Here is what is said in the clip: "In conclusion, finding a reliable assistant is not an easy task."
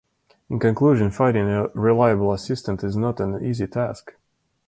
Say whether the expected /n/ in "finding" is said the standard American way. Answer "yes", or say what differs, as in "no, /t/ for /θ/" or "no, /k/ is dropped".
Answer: no, /n/ is dropped